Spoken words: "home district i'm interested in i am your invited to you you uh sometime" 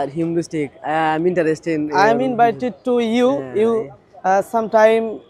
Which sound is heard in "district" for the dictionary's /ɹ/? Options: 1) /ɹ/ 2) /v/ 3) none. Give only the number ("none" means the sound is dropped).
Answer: 3